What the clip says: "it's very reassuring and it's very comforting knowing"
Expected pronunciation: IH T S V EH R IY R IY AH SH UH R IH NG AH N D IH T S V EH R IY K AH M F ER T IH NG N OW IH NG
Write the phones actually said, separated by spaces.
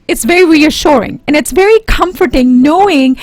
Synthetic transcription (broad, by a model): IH T S V EH R IY R IY AH SH UH R IH NG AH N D IH T S V EH R IY K AH M F ER T IH NG N OW IH NG